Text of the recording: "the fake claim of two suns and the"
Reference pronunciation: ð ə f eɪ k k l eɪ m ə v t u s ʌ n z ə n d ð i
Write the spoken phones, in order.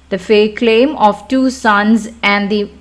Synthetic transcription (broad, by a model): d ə f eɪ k k l eɪ m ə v t u s ʌ n z ə n d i